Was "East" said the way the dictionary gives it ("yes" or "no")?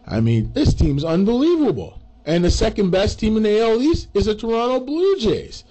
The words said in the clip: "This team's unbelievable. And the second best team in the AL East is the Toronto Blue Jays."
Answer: no